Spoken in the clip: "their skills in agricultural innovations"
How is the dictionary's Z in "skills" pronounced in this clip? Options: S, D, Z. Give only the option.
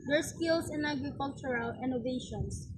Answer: S